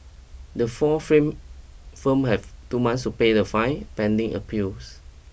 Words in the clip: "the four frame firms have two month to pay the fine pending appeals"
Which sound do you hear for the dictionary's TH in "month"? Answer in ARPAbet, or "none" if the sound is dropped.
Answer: S